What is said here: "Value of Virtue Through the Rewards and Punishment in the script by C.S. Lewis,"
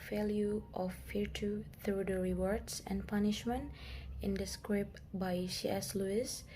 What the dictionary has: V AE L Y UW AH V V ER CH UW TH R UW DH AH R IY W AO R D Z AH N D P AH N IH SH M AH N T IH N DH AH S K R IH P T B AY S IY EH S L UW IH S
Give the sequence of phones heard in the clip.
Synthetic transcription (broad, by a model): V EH L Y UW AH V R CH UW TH R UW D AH R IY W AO R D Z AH N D P AH N IH SH M AH N T IH N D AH S K R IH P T B AY SH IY EH S L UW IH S